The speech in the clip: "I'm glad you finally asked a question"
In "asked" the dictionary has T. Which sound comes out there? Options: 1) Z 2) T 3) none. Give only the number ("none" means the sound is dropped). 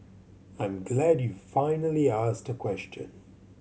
2